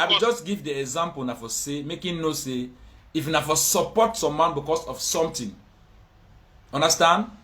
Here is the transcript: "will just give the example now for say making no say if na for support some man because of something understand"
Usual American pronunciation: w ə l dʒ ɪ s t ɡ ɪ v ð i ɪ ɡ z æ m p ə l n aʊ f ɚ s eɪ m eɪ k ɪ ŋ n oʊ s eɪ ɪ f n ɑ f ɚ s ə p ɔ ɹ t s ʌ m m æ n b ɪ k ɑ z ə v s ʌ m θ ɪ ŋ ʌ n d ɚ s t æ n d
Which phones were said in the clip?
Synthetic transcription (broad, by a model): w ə dʒ ɪ s t ɡ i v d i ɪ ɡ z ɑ m p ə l n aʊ f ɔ s eɪ m eɪ k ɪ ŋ n oʊ s eɪ ɪ f n ɑ f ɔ s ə p ɔ t s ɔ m m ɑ n b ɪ k ɑ s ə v s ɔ m t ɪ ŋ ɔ n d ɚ s t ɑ n d